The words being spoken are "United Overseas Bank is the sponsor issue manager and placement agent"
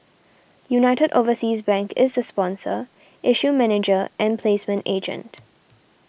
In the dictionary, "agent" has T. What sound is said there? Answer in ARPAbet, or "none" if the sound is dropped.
T